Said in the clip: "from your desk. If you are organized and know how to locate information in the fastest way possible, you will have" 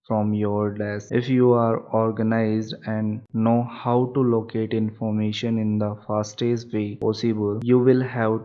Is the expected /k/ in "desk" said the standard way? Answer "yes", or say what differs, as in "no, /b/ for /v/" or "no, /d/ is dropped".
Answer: no, /k/ is dropped